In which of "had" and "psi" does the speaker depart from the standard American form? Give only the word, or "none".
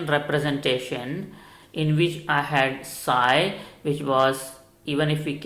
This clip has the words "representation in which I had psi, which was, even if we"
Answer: none